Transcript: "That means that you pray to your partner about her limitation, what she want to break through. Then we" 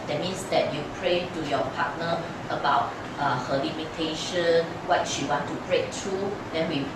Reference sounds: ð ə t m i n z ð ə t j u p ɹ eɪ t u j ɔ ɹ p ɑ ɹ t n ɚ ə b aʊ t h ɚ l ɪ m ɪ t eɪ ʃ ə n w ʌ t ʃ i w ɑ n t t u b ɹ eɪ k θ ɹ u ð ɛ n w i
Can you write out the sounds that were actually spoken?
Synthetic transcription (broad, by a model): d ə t m i n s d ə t j u p ɹ eɪ t u j ɔ p ɑ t n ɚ ə b aʊ t h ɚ l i m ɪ t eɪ ʃ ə n w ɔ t ʃ i w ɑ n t t u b ɹ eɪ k t ɹ u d ɛ n w i